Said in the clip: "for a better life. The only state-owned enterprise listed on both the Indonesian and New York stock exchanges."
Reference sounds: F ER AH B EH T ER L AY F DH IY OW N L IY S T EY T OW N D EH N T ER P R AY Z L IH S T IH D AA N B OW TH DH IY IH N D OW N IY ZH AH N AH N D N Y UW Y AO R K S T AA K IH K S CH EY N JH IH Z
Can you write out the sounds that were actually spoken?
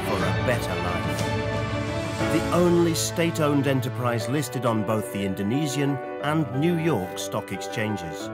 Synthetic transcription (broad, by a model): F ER AH B EH T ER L AY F DH IY OW N L IY S T EY T OW N D EH N T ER P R AY Z L IH S T IH D N B OW TH DH IY IH N D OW N IY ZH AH N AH N N Y UW Y AO R K S T AA K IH K S CH EY N JH IH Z